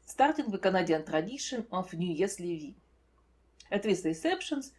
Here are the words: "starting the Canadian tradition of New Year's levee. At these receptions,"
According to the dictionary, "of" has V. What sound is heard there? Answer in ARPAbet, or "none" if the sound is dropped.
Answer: F